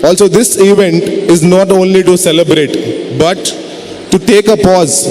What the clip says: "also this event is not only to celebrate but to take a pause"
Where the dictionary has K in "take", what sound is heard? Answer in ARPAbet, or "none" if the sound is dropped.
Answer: K